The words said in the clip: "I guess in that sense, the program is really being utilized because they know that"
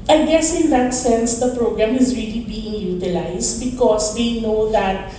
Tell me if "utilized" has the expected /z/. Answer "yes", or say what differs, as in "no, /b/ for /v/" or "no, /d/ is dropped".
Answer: no, /s/ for /z/